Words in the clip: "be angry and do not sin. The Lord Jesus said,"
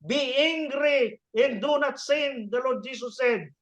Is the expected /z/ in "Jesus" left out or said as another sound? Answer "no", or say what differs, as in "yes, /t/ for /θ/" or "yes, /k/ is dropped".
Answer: yes, /s/ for /z/